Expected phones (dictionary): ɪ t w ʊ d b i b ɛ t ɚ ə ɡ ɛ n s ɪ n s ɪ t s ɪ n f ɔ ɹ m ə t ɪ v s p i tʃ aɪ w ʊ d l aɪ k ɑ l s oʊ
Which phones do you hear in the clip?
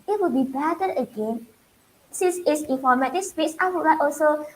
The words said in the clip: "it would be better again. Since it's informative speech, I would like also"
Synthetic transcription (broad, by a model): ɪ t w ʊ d b i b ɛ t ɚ ə ɡ ɛ n s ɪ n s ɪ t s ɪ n f ɔ ɹ m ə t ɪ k s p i s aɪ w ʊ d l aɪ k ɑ l s oʊ